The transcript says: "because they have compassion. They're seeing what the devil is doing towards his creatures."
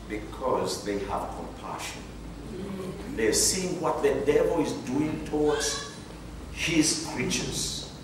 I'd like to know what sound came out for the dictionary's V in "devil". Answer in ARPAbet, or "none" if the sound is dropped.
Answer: V